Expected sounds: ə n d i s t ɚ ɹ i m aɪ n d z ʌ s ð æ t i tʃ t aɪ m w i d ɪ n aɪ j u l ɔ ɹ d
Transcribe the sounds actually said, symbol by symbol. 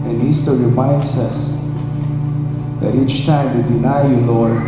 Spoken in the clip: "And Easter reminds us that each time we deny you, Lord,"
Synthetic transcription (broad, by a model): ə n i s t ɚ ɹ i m aɪ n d s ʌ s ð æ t i tʃ t aɪ m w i d ɪ n aɪ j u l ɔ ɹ